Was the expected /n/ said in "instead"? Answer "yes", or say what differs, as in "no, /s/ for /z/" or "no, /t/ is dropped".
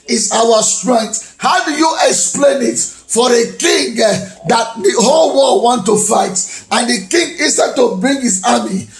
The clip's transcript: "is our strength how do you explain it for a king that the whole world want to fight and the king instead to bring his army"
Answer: no, /n/ is dropped